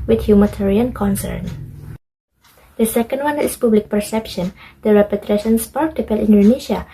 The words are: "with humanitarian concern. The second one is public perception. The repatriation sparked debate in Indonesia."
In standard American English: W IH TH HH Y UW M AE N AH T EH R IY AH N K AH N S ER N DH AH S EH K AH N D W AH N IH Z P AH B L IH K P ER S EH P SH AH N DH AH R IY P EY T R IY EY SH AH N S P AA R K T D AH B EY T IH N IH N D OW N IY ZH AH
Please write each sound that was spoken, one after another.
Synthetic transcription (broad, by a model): W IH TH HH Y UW M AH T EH R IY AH N K AH N S ER N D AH S EH K AH N D W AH N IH S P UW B L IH K P ER S EH P SH AH N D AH R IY P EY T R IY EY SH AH N S P AA R K T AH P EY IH L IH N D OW N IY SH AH